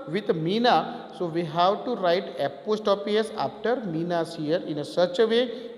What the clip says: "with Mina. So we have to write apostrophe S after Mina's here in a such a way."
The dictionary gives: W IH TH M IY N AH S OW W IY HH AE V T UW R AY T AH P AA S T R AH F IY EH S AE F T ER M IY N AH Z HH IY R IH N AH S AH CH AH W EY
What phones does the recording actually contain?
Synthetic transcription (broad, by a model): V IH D M IY N AH S OW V IY HH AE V T UW R AY T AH P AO S T AH P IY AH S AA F T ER M IY N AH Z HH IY R IH N AH S AH CH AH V EY